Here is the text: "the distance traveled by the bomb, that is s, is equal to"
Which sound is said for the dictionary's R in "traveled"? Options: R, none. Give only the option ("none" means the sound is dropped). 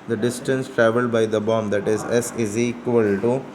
R